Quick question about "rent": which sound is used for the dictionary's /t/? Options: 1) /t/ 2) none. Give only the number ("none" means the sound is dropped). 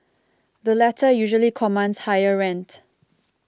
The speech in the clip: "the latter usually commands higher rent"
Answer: 1